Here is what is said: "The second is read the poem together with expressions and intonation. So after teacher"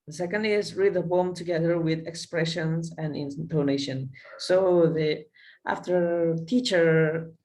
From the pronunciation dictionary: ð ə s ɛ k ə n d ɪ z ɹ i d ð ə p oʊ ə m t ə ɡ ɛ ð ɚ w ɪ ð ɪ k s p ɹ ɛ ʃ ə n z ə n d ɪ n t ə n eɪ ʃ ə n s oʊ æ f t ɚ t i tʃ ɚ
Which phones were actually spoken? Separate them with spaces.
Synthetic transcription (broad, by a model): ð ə s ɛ k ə n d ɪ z ɹ i d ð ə b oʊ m t ə ɡ ɛ ð ɚ w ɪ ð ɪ k s p ɹ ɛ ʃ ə n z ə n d ɪ n t ə n eɪ ʃ ə n s oʊ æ f t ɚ t i tʃ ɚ